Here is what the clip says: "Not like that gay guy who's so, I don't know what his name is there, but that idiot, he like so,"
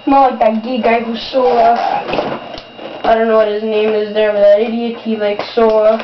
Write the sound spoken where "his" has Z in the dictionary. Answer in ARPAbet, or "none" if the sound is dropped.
Z